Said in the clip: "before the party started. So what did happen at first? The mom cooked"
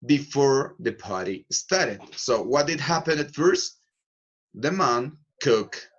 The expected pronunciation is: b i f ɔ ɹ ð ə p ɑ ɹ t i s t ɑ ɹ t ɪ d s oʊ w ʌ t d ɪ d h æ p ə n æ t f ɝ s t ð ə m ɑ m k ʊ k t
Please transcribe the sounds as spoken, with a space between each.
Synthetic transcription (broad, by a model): b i f ɔ ɹ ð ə p ɑ ɹ t i s t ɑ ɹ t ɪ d s oʊ w ʌ t d ɪ d h æ p ə n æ t f ɝ s t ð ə m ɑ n k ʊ k